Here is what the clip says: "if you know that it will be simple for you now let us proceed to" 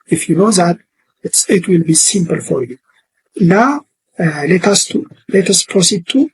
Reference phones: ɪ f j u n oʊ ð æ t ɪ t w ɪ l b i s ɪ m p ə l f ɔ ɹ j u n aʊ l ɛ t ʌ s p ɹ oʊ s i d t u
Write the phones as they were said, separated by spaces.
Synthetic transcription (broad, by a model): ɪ f j u n oʊ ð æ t ɪ t w ɪ l b i s ɪ m p ə l f ɔ ɹ j u n aʊ l ɛ t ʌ s p ɹ oʊ s i d t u